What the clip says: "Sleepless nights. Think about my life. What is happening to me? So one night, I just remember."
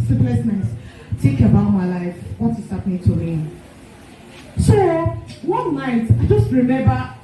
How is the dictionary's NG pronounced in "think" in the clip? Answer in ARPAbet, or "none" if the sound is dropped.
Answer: none